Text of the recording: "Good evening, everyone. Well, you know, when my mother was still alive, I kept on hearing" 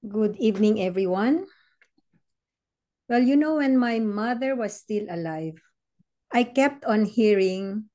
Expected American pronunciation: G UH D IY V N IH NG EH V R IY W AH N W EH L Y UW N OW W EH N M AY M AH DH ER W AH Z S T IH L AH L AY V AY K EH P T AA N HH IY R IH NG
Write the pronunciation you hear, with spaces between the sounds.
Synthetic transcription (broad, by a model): G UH D IY V N IH NG EH V R IY W AH N W EH L Y UW N OW W EH N M AY M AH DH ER W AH S T IH L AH L AY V AY K EH P T AA N HH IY R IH NG